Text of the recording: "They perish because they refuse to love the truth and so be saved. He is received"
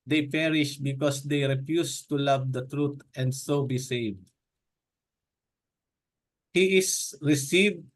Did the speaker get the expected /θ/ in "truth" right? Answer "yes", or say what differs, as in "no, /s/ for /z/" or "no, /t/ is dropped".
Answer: no, /t/ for /θ/